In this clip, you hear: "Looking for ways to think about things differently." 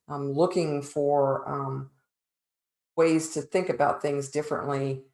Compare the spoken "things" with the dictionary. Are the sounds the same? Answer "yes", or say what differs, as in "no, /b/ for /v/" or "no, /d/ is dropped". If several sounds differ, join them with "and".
yes